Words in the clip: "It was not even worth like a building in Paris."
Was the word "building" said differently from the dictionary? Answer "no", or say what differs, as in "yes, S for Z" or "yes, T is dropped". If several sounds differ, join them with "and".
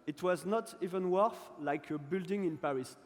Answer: no